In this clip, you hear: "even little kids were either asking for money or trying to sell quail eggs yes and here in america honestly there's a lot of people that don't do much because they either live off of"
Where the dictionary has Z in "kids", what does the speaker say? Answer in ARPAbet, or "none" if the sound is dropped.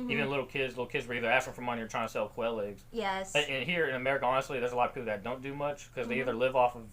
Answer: Z